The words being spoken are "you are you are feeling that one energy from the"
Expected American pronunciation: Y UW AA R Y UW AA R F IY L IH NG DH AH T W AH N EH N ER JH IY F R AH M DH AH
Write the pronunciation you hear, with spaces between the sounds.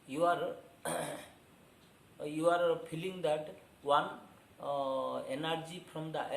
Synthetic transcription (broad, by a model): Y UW AA R Y UW AA R P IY L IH NG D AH T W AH N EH N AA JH IY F R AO M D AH